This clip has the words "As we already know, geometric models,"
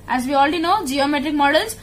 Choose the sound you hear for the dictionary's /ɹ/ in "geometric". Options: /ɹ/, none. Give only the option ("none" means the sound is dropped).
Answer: /ɹ/